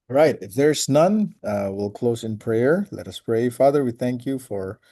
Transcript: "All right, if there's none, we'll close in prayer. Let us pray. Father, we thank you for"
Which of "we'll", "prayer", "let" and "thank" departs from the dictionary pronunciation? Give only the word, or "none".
none